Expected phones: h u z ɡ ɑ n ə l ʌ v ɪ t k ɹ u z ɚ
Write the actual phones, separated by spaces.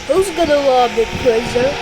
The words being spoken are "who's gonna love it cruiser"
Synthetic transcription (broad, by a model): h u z ɡ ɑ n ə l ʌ b ɪ t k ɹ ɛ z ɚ